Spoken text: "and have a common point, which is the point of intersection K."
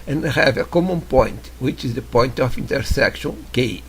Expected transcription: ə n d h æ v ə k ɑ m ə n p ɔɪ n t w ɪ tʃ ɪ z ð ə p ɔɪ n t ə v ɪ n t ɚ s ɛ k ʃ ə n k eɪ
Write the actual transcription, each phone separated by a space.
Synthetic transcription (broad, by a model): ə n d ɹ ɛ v ə k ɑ m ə p ɔɪ n t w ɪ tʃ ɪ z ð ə p ɔɪ n t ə f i n t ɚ s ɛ k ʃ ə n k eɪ